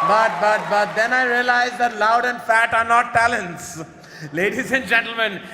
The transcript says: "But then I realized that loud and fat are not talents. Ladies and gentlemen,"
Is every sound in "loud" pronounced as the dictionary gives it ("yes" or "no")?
yes